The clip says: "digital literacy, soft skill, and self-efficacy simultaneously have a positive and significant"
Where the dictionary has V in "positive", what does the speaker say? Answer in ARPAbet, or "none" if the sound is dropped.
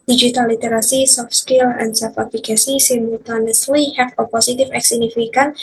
F